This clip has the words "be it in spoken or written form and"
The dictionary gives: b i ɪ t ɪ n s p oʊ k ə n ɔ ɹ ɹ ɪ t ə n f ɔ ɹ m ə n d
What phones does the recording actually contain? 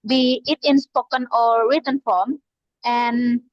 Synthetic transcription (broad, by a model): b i ɪ t ɪ n s p oʊ k ə n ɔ l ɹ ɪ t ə n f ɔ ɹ m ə n